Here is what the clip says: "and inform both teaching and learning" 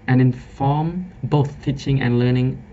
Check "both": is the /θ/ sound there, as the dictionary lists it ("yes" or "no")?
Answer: yes